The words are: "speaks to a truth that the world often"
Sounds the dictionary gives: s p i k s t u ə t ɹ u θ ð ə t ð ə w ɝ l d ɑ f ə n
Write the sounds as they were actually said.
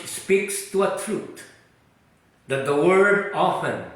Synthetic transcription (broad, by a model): s p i k s t u ə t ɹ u t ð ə t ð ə w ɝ d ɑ f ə n